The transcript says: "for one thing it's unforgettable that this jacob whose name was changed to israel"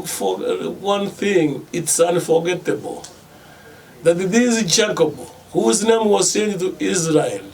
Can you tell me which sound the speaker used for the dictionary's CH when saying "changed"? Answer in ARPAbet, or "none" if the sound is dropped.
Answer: S